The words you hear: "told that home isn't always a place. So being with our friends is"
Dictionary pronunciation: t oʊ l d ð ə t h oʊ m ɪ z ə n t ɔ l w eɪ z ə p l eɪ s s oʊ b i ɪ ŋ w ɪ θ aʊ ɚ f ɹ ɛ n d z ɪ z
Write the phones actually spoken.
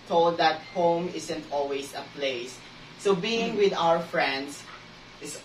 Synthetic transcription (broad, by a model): t oʊ l d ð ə t h oʊ m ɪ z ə n t ɔ l w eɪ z ə p l eɪ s s oʊ b i ɪ ŋ w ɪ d aʊ ɚ f ɹ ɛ n d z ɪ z